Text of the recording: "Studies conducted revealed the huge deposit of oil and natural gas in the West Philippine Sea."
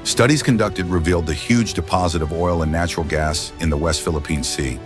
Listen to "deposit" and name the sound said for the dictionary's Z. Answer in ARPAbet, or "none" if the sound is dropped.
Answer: Z